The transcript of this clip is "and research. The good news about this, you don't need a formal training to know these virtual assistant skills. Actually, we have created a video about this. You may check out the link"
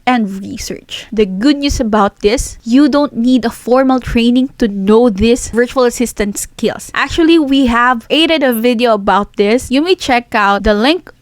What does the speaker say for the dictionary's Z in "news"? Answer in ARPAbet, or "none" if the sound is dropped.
S